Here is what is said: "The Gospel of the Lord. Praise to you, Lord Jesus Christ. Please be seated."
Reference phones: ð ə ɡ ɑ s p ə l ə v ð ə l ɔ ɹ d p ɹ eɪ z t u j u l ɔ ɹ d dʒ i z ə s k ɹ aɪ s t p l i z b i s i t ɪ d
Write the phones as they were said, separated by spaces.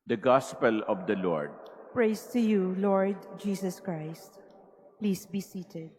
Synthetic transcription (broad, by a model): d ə ɡ ɑ s p ə l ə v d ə l ɔ ɹ d p ɹ eɪ s t u j u l ɔ ɹ d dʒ i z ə s k ɹ aɪ s t p l i s b i s i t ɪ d